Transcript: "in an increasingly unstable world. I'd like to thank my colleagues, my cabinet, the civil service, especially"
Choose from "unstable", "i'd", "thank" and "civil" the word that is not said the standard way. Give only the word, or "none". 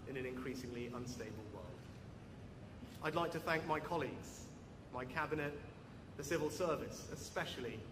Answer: none